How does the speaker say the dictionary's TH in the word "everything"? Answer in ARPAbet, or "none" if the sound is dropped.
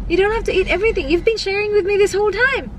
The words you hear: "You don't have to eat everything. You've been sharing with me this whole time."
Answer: TH